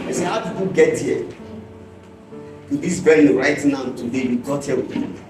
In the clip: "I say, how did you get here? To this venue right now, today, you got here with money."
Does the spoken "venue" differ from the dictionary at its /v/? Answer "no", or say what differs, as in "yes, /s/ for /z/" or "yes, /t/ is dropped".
yes, /b/ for /v/